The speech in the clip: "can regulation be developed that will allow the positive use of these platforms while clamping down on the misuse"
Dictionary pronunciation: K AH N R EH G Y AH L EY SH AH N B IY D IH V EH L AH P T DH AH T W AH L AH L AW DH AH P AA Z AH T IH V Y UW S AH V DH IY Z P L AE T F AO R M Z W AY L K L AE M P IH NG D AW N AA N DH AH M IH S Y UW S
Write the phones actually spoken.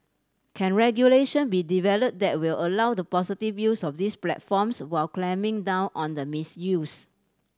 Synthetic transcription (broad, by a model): K AH N R EH G Y AH L EY SH AH N B IY D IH V EH L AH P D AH T W AH L AH L AW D AH P AA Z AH T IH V Y UW S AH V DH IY S P L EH T F AO M S W AY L K L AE M IH NG D AW N AA N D AH M IH S Y UW S